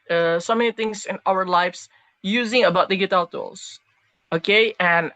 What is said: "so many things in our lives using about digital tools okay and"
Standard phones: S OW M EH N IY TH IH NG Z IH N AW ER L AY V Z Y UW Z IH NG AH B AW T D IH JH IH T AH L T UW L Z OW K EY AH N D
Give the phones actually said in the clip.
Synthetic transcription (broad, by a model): S OW M EH N IY TH IH NG Z IH N AW ER L AY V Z Y UW Z IH NG AH B AW T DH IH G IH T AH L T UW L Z OW K EY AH N